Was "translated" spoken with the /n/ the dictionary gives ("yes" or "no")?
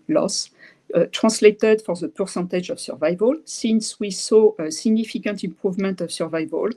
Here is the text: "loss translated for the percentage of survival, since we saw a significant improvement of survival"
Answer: no